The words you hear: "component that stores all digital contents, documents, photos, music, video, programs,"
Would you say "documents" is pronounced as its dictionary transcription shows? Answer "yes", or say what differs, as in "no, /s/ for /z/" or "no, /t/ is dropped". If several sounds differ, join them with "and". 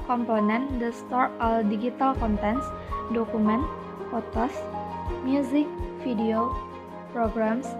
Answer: no, /s/ is dropped